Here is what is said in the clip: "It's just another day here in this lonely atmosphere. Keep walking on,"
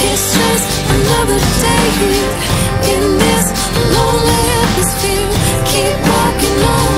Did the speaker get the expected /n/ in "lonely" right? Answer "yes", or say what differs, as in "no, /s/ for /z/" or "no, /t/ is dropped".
no, /n/ is dropped